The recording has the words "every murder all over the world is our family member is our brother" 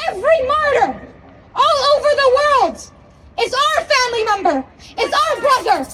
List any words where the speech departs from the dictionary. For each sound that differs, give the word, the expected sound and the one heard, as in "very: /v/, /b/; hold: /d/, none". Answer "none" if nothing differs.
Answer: none